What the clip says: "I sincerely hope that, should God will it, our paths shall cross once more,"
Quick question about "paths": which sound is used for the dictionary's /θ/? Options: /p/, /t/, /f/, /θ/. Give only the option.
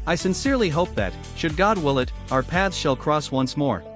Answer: /θ/